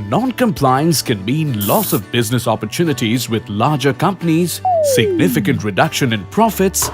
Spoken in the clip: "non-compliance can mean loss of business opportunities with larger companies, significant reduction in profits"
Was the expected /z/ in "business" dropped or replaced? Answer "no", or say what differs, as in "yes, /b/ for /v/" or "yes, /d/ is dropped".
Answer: no